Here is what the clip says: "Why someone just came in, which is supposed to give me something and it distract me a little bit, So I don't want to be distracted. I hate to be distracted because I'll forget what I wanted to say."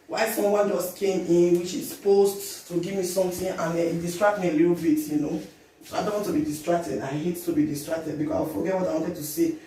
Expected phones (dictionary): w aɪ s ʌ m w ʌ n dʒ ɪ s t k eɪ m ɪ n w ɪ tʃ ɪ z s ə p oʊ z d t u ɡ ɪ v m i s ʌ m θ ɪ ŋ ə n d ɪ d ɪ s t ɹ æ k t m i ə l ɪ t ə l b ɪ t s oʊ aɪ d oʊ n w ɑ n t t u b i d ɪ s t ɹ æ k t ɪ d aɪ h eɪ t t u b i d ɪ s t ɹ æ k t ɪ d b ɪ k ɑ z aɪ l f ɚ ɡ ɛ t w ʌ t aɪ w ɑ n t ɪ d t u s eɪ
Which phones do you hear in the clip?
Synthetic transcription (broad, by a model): w aɪ s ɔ m w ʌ n dʒ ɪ s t k eɪ m ɪ n w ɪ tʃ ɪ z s p oʊ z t t u ɡ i v m i s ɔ m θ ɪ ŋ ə n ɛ ɪ d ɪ s t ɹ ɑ k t m i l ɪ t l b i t s oʊ aɪ d oʊ n w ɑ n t t u b i d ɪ s t ɹ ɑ k t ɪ d aɪ h eɪ t t u b i d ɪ s t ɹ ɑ k t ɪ d b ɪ k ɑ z aɪ w f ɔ ɡ ɛ t w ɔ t aɪ w ɑ n t ɪ d t u s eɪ